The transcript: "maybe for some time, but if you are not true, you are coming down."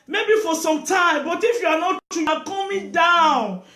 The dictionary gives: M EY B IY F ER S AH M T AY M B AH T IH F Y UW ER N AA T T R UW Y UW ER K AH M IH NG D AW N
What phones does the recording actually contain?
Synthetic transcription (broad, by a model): M EY B IY F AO S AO M T AY M B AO T IH F Y UW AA N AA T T UW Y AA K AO M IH D AW N